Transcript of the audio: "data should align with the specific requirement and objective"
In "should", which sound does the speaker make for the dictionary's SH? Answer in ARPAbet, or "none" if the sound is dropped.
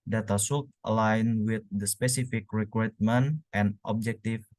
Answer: S